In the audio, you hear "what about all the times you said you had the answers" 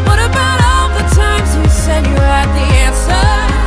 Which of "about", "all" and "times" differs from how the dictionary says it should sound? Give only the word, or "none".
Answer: none